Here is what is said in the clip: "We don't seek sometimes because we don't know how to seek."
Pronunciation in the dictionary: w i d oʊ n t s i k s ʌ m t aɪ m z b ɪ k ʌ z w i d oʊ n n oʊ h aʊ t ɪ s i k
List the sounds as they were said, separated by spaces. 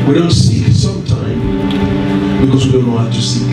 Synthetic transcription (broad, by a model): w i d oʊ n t s i s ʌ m t aɪ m b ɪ k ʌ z w i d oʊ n l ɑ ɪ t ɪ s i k